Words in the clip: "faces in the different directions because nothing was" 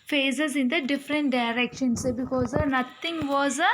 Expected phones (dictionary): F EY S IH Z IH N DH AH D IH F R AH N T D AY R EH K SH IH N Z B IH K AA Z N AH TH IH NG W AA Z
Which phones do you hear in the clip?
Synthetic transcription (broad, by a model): F EY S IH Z IH N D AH D IH F R AH N T D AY R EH K SH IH N S B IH K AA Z N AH T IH NG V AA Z